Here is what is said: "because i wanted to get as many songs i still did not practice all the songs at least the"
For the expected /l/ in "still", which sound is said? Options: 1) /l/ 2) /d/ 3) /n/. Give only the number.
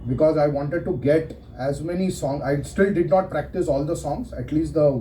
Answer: 1